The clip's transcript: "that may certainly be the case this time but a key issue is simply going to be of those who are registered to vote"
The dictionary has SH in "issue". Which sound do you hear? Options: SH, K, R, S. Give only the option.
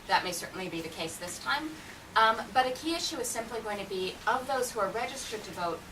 SH